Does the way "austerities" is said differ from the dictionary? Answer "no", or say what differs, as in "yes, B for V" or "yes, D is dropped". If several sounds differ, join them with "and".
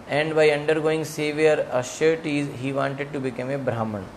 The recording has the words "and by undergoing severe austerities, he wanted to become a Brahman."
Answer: yes, S is dropped